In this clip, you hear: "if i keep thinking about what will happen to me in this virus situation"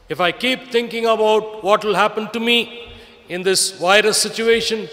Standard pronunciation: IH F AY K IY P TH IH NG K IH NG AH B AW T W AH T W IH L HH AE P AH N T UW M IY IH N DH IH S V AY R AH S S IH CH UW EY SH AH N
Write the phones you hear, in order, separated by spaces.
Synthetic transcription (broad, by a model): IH F AY K IY P T IH NG K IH NG AH B AW T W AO T W IH L HH AE P AH N T UW M IY IH N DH IH S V AY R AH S S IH CH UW EY SH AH N